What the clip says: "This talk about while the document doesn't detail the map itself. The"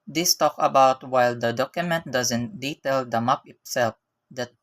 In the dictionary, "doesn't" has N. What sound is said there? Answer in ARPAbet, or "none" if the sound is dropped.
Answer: N